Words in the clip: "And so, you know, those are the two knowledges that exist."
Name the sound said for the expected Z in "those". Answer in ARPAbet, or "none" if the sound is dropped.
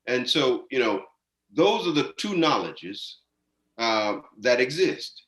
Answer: Z